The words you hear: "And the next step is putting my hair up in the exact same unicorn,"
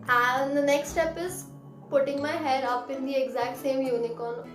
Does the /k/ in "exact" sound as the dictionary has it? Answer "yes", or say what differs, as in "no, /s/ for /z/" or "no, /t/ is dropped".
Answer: yes